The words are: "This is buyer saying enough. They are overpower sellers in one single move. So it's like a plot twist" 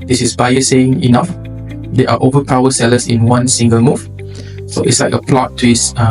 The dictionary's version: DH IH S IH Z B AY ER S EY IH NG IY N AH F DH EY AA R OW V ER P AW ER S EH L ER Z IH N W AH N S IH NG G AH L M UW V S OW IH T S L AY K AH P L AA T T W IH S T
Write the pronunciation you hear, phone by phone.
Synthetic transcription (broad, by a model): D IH S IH S B AY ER S EY IH NG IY N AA F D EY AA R OW V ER P AW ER S EH L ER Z IH N W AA N S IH NG G AH L M UW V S OW IH T S L AY K AH P L AA T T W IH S